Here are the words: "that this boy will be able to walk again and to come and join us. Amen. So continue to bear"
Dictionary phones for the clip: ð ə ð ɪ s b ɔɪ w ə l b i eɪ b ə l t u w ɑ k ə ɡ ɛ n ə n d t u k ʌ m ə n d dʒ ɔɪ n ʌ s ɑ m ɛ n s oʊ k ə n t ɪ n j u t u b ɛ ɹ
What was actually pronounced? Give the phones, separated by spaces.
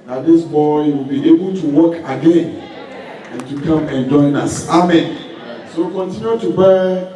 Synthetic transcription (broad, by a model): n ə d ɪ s b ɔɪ w ə l b i eɪ b ə l t u w ɑ k ə ɡ ɛ n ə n t u k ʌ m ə n dʒ ɔɪ n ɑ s ɑ m ɛ n s oʊ k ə n t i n j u t u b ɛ